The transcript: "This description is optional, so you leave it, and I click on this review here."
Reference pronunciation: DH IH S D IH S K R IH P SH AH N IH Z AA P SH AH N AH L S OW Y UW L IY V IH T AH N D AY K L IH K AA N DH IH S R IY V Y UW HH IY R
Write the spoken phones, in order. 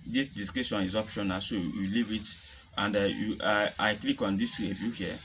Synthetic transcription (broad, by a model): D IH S D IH S K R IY SH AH N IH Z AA P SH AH N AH S OW Y UW L IY V IH T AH N D AY K L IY K AA N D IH S R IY V Y UW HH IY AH